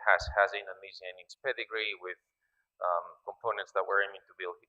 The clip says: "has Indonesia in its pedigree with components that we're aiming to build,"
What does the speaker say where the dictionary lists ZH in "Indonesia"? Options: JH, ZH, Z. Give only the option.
Z